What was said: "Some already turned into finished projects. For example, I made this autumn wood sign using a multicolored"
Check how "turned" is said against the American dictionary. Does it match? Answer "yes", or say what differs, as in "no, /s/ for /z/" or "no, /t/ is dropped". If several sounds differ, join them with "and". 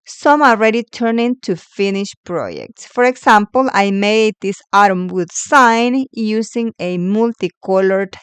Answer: no, /d/ is dropped